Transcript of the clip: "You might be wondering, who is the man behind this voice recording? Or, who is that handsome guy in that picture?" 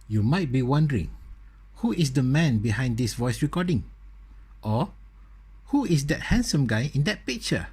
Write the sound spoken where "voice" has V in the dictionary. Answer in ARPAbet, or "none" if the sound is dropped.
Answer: V